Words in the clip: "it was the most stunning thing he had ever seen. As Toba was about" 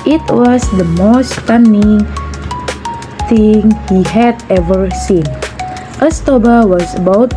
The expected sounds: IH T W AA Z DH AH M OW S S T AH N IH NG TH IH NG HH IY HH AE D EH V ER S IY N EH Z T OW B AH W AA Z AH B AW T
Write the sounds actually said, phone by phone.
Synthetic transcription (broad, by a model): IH T W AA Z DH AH M OW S S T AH N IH NG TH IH NG HH IY HH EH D EH V ER S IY N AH S T OW B AH W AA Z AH B AW T